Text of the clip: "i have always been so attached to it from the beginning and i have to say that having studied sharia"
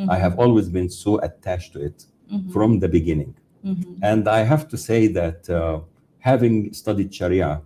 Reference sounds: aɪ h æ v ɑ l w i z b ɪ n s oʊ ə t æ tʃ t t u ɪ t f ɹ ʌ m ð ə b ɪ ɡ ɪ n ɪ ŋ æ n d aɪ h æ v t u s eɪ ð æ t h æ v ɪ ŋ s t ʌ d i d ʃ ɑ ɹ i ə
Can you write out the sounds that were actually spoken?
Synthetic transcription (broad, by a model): aɪ h æ v ɑ l w i z b ɪ n s oʊ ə t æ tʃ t t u ɪ t f ɹ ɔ m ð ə b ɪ ɡ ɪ n ɪ ŋ æ n d aɪ h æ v t u s eɪ ð æ t h æ v ɪ ŋ s t ʌ d i d ʃ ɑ ɹ i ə